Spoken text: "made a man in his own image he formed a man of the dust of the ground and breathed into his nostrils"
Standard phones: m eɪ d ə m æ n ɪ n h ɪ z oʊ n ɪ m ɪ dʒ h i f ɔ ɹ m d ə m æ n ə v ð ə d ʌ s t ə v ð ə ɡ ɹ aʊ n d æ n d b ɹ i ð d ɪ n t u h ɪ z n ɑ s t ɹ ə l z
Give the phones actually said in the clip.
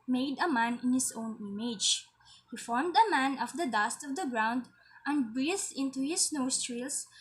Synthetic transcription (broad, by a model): m eɪ d ə m æ n ɪ n h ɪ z oʊ n ɪ m ɪ dʒ h i f ɔ ɹ m d ə m æ n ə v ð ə d ʌ s t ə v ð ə ɡ ɹ aʊ n d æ n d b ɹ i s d ɪ n t u h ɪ s n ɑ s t ɹ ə l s